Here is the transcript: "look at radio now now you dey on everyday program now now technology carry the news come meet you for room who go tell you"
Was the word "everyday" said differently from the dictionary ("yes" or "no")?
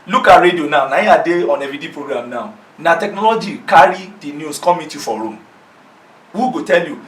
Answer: yes